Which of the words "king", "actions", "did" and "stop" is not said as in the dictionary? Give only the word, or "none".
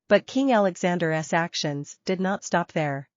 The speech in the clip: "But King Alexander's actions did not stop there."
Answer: none